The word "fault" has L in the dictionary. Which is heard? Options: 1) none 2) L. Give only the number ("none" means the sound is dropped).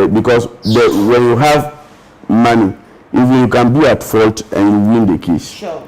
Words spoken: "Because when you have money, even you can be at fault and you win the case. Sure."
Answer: 2